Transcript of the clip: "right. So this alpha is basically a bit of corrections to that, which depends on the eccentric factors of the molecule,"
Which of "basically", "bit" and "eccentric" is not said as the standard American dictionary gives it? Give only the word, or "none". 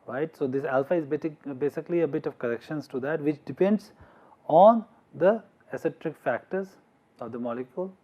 eccentric